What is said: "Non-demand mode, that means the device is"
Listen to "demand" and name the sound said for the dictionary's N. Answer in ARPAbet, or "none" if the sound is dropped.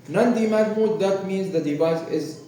none